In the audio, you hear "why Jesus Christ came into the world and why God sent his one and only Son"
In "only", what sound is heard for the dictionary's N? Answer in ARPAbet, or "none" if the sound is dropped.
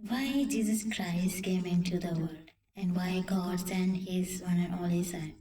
none